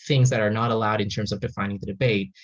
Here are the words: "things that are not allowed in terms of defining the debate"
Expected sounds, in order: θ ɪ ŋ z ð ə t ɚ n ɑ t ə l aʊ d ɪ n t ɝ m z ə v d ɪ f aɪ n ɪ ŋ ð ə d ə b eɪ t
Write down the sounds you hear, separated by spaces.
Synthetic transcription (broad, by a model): θ ɪ ŋ z ð ə t ɚ n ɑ t ə l aʊ d ɪ n t ɝ m z ə v d ɪ f aɪ n ɪ ŋ ð ə d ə b eɪ t